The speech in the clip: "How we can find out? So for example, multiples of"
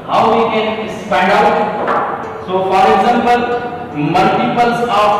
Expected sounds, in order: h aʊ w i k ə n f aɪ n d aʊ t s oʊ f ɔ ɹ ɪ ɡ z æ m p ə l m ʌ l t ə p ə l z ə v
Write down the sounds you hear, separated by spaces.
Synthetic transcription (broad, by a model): h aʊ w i k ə n p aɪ n d aʊ t s oʊ f ɔ ɹ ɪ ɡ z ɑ m p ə l m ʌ l t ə p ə l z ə